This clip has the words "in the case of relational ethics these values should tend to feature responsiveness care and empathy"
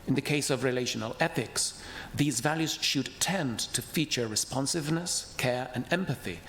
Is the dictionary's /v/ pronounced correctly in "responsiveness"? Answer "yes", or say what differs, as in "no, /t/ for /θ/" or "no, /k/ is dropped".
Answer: yes